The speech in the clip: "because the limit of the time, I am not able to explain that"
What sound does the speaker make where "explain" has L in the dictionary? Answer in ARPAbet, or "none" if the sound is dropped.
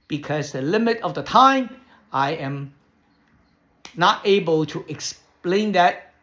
L